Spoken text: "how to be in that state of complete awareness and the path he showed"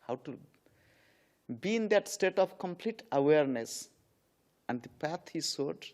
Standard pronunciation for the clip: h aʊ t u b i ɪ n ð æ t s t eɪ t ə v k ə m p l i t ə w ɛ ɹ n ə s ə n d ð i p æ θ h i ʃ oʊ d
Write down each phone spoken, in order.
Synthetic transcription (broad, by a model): h aʊ t u b i ɪ n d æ t s t eɪ t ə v k ə m p l i t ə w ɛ ɹ n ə s ə n d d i p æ t h i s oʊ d